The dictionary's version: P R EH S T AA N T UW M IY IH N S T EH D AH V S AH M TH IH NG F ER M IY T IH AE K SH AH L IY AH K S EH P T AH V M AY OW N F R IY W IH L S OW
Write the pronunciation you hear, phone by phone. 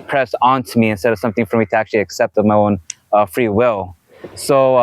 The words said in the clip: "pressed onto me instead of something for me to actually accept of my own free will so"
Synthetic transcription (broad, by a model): P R EH S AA N T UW M IY IH N S T EH D AH V S AH M TH IH NG F ER M IY T IH AE K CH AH L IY AH K S EH P T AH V M AY OW N F R IY W IH L S OW